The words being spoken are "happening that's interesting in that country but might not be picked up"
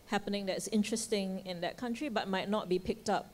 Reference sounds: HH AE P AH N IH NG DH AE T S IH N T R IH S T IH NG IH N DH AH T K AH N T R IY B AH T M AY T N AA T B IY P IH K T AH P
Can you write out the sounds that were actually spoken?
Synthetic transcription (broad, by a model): HH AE P AH N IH NG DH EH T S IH N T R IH S T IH NG IH N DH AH T K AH N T R IY B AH T M AY T N AA T B IY P IH K T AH P